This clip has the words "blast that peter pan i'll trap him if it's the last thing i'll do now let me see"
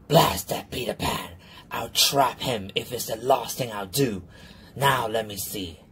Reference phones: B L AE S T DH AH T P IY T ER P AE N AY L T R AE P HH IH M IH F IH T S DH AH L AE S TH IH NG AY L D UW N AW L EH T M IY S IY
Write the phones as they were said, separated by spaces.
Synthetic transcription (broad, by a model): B L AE S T DH AH T B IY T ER P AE N AY L T R AE P HH IH M IH F IH T S DH AH L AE S TH IH NG AY L D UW N AW L EH T M IY S IY